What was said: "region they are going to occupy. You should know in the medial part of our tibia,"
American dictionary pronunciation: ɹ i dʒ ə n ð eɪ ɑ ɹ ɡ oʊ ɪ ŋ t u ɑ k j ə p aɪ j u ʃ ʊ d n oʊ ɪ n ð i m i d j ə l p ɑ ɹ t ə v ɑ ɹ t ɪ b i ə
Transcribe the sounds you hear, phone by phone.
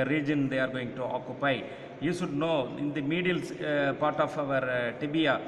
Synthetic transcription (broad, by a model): ɹ i dʒ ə n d eɪ ɑ ɹ ɡ oʊ ɪ ŋ t u ɑ k j ə p aɪ j u ʃ ʊ d n oʊ ɪ n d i m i d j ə l p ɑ ɹ t ə v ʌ ɹ t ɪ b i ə